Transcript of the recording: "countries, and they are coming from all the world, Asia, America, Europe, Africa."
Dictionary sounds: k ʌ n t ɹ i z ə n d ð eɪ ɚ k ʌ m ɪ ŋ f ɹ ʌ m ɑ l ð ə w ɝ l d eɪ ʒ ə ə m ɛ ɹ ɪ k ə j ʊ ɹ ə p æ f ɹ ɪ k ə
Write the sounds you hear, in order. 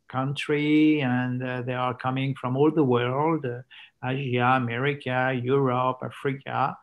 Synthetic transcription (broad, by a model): k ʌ n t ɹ i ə n ð eɪ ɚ k ʌ m ɪ ŋ f ɹ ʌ m ɑ l ð ə w ɝ l d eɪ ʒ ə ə m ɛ ɹ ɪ k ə j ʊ ɹ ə p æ f ɹ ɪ k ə